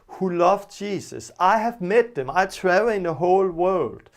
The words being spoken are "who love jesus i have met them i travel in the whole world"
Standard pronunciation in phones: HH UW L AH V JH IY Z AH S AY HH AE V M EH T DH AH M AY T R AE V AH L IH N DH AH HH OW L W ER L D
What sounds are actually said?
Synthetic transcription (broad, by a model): HH UW L AH V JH IY S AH S AY HH AE V M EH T DH AH M AY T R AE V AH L IH N DH AH HH OW L W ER L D